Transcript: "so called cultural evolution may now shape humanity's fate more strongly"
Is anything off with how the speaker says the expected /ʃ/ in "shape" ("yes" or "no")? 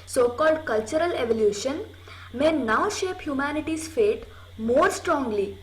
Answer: no